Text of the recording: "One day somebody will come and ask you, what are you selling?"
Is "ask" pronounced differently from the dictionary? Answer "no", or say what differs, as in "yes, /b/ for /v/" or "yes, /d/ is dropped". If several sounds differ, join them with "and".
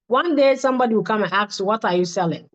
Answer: yes, /s/ is dropped